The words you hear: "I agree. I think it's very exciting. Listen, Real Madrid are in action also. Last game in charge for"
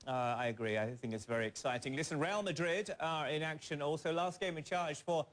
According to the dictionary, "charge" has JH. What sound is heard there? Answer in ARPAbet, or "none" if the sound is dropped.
ZH